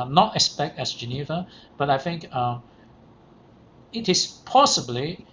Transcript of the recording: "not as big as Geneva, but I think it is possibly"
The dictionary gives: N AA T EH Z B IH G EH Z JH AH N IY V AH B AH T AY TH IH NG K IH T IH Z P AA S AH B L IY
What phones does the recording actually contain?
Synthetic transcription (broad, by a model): N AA T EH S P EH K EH S JH AH N IY V AH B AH T AY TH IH NG K IH T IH S P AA S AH B L IY